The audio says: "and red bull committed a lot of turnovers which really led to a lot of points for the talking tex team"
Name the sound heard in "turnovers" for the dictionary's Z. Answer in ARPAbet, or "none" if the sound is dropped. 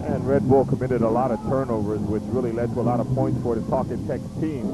Z